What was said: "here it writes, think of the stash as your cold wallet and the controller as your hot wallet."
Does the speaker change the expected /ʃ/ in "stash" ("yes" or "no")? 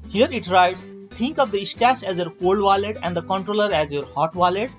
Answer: yes